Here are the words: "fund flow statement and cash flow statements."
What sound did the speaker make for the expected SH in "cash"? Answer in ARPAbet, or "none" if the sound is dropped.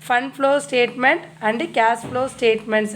S